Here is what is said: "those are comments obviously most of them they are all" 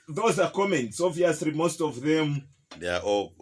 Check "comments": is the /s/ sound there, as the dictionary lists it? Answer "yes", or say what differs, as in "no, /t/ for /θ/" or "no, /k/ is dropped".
yes